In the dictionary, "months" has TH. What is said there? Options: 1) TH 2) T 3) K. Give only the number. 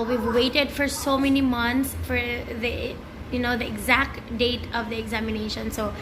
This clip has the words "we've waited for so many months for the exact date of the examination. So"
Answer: 2